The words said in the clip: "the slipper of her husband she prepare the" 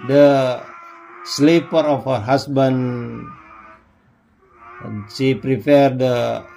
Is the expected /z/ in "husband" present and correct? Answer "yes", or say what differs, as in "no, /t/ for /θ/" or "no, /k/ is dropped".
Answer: no, /s/ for /z/